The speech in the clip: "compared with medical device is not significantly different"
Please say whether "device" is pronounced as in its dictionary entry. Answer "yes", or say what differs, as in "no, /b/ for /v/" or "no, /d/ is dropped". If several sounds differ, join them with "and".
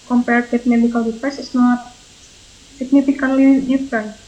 no, /p/ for /v/